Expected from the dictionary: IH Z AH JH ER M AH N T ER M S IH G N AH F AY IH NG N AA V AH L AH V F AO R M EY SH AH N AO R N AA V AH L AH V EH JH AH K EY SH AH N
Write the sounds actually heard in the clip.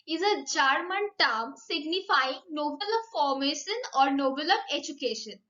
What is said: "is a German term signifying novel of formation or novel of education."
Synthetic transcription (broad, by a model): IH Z AH JH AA M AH N T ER M S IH G N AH F AY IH NG N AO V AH L AH V F AO R M EY SH AH N AO R N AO B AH L AH V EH JH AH K EY SH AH N